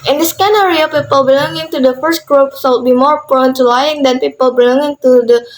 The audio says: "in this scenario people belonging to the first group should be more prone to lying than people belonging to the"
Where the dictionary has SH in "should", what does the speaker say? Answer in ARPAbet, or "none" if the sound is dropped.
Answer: S